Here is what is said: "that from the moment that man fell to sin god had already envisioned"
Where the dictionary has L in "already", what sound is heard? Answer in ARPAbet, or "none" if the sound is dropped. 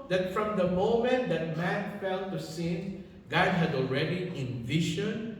L